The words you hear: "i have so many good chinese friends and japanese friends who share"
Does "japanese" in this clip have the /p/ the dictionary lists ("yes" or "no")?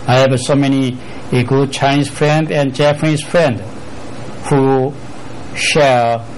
no